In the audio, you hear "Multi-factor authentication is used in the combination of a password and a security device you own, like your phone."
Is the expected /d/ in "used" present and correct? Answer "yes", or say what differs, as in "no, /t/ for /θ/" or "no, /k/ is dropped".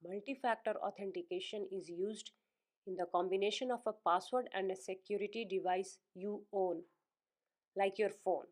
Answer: yes